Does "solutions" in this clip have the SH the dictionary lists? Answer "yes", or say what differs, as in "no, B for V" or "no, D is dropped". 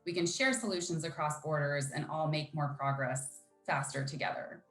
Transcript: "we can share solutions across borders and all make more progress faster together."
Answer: yes